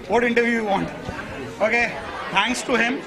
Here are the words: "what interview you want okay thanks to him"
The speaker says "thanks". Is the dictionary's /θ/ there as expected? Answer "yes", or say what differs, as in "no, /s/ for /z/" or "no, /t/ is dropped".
no, /t/ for /θ/